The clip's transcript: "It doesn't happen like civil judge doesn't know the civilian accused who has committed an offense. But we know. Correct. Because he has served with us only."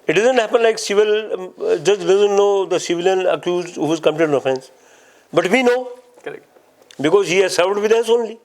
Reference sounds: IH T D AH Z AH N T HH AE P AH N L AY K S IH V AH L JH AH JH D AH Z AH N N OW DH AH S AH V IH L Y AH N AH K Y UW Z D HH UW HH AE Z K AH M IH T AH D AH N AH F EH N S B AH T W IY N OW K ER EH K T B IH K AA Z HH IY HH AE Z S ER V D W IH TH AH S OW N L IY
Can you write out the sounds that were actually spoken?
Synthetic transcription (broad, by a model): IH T D AH Z AH N T HH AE P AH N L AY K S IH V AH L JH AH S D AH Z AH N N OW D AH S AH V IH L Y AH N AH K Y UW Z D HH UW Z K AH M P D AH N AH F EH N S B AH T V IY N OW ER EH B IH K AA Z HH IY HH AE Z S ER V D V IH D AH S OW N L IY